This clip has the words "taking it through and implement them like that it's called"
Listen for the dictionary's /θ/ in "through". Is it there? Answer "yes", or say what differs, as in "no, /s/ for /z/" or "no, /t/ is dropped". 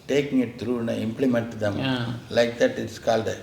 no, /t/ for /θ/